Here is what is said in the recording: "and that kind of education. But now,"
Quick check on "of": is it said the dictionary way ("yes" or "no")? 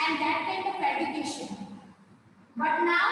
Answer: no